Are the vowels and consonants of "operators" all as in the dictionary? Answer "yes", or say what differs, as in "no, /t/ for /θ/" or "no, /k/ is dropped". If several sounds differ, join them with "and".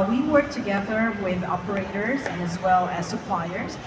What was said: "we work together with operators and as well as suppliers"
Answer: yes